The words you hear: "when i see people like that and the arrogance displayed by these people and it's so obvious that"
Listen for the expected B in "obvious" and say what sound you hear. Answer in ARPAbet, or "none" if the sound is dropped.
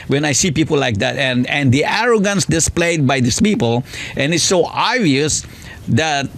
none